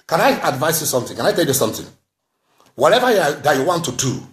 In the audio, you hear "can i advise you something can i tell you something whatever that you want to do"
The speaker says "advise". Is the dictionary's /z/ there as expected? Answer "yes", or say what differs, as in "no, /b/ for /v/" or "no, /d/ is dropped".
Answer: no, /s/ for /z/